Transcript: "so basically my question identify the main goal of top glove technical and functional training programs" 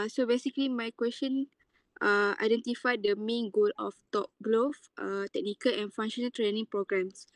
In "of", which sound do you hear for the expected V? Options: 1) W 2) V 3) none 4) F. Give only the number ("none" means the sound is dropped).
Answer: 4